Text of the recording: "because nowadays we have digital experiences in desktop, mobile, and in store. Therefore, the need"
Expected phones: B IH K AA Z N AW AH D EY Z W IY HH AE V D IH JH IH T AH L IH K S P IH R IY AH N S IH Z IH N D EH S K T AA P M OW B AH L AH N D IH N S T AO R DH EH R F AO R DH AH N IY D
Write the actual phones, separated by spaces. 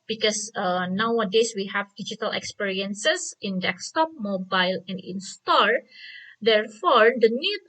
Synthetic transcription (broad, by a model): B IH K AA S N AW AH D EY S W IY HH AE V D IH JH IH T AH L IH K S P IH R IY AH N S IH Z IH N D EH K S T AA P M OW B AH L AH N D IH N S T AO R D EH R F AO R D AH N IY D